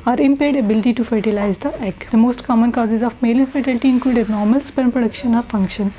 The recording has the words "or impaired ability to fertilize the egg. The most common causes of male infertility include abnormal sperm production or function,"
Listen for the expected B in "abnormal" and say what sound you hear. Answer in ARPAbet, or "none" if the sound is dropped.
none